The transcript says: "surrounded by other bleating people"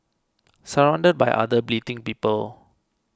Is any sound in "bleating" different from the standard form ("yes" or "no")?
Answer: no